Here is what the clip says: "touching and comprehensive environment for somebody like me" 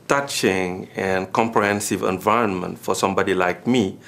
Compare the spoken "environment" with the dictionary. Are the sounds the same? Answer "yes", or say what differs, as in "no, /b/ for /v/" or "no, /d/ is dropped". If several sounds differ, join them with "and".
yes